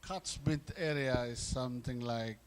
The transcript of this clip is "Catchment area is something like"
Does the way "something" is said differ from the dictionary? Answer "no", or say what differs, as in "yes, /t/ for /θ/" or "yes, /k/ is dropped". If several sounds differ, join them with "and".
yes, /t/ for /θ/